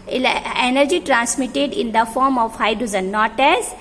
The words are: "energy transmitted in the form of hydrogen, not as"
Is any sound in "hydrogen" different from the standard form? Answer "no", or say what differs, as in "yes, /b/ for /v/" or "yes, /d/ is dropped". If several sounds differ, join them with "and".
yes, /z/ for /dʒ/